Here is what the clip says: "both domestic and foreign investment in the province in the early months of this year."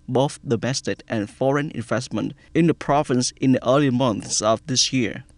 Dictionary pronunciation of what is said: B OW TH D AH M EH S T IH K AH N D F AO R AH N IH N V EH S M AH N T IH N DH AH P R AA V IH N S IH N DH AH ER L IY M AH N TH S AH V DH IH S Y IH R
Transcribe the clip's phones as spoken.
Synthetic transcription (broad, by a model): B OW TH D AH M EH S T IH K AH N F AO R AH N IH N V EH S M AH N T IH N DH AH P R AA V IH N S IH N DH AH ER L IY M AH N TH S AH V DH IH S Y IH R